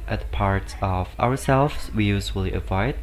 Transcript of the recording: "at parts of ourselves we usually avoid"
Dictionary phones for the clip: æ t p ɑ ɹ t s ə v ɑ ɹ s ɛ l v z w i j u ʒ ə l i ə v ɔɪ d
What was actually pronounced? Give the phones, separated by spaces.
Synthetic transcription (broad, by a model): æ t p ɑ ɹ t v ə w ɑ ɹ s ɛ l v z w i j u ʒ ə l i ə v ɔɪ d